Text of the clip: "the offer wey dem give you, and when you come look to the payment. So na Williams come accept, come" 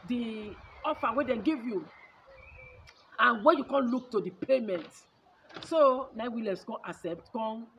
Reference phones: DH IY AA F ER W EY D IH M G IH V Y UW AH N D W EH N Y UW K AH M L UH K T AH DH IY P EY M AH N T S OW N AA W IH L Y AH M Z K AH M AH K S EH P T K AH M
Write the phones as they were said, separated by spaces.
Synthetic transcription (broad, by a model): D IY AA F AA W EY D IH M G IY V Y UW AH N W EH N Y UW K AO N L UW K T AH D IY P EY M AH N T S OW N AA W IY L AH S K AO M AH S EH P T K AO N